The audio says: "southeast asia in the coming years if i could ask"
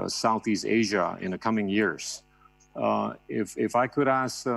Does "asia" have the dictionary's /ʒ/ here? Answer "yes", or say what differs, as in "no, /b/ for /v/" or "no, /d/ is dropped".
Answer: yes